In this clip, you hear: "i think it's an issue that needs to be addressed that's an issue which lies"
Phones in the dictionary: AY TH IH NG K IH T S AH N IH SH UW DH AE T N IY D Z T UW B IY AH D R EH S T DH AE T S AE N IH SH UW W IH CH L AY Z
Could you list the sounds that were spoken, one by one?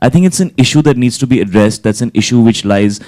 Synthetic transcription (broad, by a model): AY T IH NG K IH T S AH N IH SH UW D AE T N IY D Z T UW B IY AH D R EH S T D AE T S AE N IH SH UW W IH CH L AY Z